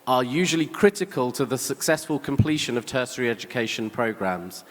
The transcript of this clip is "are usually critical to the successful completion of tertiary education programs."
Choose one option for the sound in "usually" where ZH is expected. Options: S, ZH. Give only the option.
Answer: ZH